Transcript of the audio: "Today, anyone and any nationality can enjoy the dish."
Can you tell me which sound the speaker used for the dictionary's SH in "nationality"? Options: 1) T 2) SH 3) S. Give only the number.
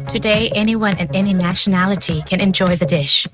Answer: 2